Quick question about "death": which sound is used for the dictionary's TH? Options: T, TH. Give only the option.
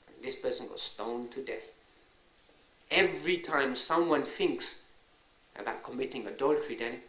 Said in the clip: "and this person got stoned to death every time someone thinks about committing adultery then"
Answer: TH